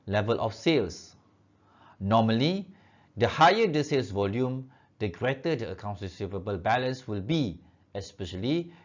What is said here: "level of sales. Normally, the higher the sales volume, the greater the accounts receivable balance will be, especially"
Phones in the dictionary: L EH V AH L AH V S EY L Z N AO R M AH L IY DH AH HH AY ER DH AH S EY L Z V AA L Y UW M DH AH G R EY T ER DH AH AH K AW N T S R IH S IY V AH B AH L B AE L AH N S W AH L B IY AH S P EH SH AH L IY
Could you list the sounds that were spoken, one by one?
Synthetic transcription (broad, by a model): L EH V AH L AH F S EY L S N AO M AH L IY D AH HH AY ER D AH S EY L S V AA L Y UW M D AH G R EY T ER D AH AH K AW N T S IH S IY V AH B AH L B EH L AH N S W AH L B IY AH S P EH SH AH L IY